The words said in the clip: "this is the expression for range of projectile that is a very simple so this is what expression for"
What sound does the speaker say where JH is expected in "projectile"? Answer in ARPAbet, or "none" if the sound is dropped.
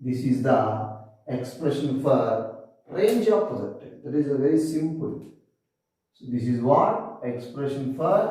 Z